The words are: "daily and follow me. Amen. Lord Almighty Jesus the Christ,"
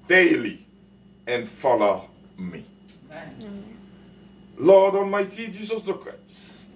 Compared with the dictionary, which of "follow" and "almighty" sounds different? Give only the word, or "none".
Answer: almighty